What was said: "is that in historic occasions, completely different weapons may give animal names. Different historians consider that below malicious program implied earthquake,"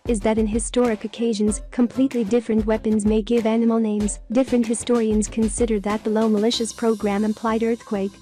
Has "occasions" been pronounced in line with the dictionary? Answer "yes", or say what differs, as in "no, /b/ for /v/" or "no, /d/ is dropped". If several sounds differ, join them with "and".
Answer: yes